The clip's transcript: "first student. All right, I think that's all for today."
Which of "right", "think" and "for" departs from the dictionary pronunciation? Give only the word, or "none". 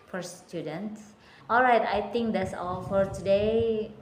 think